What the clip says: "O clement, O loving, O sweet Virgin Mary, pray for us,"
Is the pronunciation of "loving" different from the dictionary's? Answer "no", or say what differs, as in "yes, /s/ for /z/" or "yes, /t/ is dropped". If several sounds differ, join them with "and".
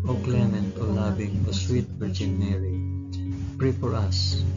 yes, /b/ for /v/